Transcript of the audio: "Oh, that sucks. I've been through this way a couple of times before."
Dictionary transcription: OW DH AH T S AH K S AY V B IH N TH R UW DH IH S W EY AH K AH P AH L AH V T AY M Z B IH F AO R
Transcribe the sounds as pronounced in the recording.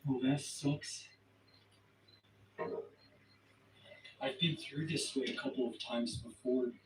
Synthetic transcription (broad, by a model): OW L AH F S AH K S AY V B IH N TH R UW DH IH S W EY AH K AH P L AH V T AY M Z B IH F AO R